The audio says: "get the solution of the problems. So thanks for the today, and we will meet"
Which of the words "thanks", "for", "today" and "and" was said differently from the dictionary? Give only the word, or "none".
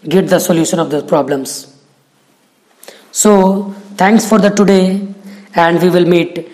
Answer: thanks